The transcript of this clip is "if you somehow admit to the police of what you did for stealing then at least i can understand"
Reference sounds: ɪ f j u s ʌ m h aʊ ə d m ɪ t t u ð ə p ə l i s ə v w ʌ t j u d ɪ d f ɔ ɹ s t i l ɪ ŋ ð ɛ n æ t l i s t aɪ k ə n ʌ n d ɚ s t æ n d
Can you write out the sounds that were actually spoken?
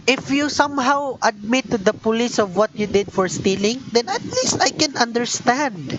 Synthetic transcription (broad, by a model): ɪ f j u s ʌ m h aʊ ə d m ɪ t t u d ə p ə l i s ə v w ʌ t j u d ɪ d f ɔ ɹ s t i l ɪ ŋ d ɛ n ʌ t l i s t aɪ k ə n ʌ n d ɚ s t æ n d